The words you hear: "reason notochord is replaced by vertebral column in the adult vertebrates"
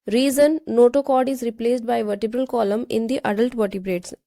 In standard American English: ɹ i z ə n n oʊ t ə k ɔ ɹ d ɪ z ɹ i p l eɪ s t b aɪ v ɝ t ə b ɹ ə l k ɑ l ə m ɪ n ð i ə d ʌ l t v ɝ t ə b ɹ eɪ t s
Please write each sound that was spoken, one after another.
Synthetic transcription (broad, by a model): ɹ i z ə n n oʊ t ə k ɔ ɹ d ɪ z ɹ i p l eɪ s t b aɪ v ɝ t ə b ɹ ə l k ɑ l ə m ɪ n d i ə d ʌ l t v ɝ t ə b ɹ eɪ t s